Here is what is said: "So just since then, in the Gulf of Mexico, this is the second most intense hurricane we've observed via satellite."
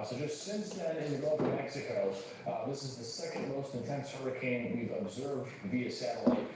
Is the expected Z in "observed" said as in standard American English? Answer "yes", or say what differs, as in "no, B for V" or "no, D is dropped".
yes